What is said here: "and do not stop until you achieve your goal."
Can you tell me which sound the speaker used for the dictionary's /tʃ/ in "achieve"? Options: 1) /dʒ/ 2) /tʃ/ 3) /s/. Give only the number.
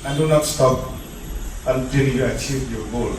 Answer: 2